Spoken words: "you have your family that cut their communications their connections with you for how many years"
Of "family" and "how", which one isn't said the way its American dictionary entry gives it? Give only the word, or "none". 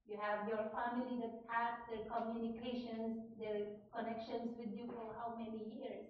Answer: none